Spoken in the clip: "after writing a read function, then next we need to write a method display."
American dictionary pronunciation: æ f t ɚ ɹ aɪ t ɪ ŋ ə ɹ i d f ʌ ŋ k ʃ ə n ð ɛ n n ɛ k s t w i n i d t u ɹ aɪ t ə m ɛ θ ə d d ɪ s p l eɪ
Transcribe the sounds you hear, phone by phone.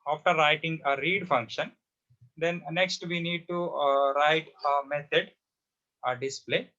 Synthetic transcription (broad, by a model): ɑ f t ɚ ɹ aɪ t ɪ ŋ ə ɹ i d f ʌ ŋ k ʃ ə n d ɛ n n ɛ k s t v i n i d t u ɹ aɪ t ə m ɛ t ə d d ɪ s p l eɪ